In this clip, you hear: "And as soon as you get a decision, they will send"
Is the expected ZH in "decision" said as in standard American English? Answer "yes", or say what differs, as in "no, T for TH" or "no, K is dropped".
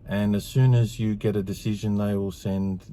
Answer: yes